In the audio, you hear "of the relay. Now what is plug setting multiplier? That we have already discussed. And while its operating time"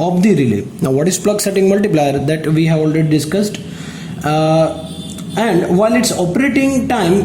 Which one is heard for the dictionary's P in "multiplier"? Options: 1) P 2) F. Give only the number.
1